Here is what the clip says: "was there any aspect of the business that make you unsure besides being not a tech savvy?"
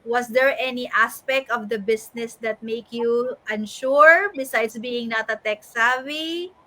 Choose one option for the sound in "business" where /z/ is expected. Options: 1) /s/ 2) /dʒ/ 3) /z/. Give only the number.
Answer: 1